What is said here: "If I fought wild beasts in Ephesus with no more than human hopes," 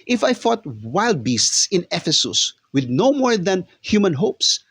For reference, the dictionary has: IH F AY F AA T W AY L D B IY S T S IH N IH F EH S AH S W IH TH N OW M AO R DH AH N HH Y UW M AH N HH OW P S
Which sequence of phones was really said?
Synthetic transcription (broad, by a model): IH F AY F AA T W AY L D B IY S T S IH N IH F EH S AH S W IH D N OW M AO R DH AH N HH Y UW M AH N HH OW P S